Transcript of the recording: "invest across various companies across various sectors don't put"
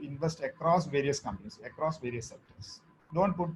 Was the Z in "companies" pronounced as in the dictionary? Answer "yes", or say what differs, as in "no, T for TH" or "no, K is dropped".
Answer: no, S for Z